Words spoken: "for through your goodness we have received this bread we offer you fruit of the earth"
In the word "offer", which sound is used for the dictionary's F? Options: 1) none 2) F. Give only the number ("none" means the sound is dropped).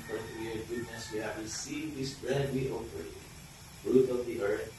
1